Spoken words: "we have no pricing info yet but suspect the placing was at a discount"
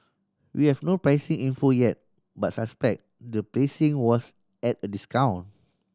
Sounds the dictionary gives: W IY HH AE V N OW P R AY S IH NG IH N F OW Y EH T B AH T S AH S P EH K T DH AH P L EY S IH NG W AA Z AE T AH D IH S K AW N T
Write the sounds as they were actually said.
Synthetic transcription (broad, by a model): W IY HH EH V N OW P R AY S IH NG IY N F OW Y EH T B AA T S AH S P EH K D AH P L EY S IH NG W AA S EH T AH D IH S K AW N